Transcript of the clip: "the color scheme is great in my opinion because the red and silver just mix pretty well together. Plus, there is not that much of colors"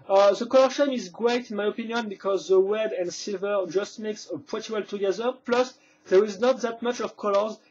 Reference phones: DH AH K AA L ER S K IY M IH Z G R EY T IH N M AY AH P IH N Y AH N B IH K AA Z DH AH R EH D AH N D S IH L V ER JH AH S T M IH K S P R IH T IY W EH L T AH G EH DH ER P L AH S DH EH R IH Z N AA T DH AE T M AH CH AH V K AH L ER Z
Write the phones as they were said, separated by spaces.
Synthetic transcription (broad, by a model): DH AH K AA L ER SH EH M IH Z G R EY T IH N M AY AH P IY N Y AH N B IH K AA Z DH AH W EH D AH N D S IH L V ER JH AH S T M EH K S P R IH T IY W EH L T AH G EH DH ER P L AH S DH EH R IH Z N AA T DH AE T M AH CH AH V K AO L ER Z